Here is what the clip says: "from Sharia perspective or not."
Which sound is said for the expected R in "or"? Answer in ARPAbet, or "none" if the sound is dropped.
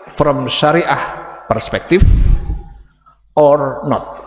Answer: R